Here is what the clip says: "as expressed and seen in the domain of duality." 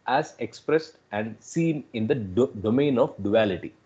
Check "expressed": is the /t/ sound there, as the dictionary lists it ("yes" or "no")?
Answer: yes